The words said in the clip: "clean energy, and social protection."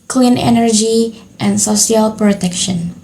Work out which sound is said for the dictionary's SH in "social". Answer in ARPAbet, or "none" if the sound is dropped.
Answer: S